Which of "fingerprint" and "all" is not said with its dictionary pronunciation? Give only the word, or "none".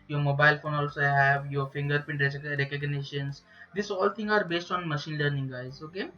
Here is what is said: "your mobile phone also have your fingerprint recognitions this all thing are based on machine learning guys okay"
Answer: fingerprint